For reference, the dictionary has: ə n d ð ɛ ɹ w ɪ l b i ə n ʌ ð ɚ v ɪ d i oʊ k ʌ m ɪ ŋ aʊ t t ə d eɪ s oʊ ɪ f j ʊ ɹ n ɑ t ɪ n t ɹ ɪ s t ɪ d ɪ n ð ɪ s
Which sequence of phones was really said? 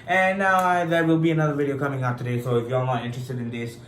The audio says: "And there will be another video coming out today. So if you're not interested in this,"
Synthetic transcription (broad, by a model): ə n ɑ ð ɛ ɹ w ɪ l b i ə n ʌ ð ɚ v ɪ d i oʊ k ʌ m ɪ ŋ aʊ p t ə d eɪ s oʊ ɪ f j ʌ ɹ n ɑ t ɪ n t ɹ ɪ s t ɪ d ɪ n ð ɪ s